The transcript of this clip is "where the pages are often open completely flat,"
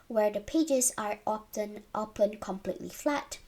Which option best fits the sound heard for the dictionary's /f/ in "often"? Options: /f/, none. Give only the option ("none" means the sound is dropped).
none